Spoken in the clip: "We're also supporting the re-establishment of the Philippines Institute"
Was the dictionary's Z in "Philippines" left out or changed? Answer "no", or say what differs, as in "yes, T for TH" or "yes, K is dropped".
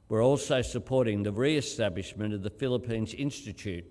no